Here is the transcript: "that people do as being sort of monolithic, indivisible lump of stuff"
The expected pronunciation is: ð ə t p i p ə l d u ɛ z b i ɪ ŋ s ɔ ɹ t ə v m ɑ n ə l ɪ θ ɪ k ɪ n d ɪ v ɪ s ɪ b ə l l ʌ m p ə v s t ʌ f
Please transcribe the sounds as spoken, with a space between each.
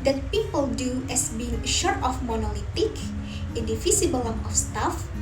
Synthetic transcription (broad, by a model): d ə t p i p ə l d u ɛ s b i ɪ ŋ ʃ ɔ ɹ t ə f m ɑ n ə l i t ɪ k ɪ n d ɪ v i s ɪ b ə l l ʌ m ə f s t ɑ f